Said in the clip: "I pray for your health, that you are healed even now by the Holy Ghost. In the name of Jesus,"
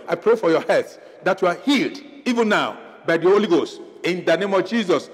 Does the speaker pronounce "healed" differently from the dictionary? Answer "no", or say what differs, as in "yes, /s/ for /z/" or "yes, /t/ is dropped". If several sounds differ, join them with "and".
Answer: no